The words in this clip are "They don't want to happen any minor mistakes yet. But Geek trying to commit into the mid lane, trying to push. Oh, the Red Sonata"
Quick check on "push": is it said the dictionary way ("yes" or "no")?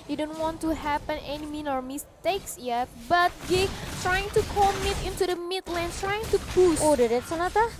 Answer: no